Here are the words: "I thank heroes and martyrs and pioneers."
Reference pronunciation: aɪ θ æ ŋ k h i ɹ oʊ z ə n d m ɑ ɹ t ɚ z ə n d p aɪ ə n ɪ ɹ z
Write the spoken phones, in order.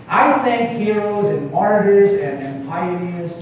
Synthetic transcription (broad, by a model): aɪ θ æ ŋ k h i ɹ oʊ z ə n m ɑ ɹ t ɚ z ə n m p aɪ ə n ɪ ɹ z